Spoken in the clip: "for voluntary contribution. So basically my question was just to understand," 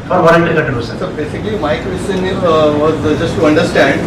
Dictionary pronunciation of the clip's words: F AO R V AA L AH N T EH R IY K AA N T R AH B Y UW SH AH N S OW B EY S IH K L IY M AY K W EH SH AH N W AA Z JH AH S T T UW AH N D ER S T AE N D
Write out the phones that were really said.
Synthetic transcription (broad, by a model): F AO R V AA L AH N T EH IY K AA T AH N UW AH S S OW B EY S IH K L IY M AY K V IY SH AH N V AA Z JH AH S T T UW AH N D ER S T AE N D